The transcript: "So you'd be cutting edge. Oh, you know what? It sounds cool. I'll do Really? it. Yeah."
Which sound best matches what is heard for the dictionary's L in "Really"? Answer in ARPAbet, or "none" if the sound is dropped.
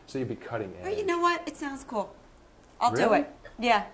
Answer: W